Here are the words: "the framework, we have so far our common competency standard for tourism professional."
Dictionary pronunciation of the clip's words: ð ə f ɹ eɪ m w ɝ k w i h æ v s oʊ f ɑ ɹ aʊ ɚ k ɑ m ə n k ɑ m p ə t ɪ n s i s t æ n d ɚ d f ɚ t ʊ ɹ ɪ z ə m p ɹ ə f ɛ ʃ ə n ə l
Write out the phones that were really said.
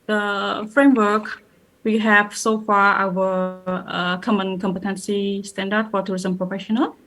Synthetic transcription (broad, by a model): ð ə f ɹ eɪ m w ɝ k w i h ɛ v s oʊ f ɑ ɹ aʊ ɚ k ɑ m ə n k ɑ m p ə t ɪ n s i s t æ n d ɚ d f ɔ t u ɹ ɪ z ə m p ɹ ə f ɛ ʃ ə n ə l